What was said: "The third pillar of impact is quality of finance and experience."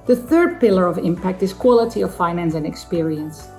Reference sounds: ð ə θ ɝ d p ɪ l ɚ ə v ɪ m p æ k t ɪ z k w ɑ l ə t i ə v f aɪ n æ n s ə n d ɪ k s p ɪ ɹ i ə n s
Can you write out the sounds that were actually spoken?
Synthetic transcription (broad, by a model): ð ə θ ɝ d p ɪ l ɚ ə v ɪ m p æ k t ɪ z k w ɑ l ə t i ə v f aɪ n æ n s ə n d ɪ k s p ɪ ɹ i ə n s